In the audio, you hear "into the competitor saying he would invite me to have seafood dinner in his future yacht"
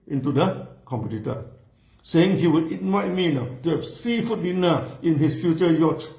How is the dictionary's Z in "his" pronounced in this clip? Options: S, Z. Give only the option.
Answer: S